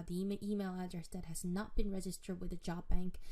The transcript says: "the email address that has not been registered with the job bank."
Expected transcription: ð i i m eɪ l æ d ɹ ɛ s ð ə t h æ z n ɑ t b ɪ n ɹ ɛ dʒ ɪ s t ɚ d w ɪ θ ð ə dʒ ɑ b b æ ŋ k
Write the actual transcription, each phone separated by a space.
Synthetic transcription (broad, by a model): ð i i m eɪ l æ d ɹ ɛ s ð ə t h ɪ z n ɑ t b ɪ n ɹ ɛ dʒ ɪ s t ɚ d w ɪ ð ə dʒ ɑ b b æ ŋ k